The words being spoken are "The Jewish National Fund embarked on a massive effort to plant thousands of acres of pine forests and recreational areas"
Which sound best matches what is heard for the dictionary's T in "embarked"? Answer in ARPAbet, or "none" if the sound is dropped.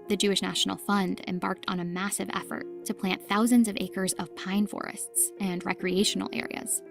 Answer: T